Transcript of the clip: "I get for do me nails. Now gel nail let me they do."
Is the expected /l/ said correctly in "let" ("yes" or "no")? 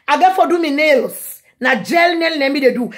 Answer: no